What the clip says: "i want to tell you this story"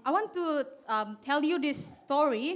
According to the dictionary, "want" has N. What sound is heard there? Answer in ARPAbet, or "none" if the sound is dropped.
N